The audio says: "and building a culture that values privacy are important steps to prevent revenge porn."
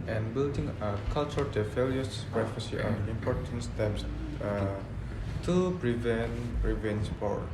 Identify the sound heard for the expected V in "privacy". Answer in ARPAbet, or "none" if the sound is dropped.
F